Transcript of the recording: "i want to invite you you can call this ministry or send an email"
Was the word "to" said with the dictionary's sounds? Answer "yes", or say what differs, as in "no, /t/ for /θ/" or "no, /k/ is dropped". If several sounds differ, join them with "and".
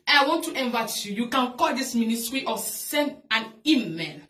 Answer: yes